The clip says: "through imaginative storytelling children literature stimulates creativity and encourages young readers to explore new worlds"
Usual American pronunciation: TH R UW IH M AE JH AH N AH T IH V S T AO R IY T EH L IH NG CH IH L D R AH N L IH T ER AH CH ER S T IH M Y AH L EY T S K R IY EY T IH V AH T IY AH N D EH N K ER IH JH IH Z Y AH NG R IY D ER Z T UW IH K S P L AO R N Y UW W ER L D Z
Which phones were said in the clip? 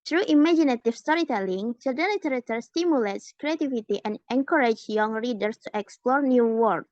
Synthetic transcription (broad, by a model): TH R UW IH M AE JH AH N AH T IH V S T AO R IY T EH L IH NG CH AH D AH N L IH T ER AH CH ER S T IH M Y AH L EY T S K R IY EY T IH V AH T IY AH N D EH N K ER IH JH Y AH NG R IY D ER S T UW IH K S P L AO R N Y UW W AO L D